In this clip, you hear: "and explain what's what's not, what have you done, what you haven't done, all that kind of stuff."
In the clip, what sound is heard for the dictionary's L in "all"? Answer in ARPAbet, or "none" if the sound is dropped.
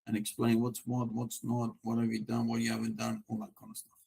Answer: N